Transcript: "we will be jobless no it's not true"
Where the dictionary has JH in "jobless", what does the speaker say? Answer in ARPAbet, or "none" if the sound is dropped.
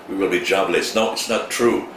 JH